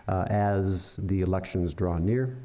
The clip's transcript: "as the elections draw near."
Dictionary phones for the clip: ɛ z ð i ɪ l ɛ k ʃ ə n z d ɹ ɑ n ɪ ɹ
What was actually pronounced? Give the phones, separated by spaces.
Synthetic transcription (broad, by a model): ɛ z ð i ɪ l ɛ k ʃ ə n z d ɹ ɑ n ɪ ɹ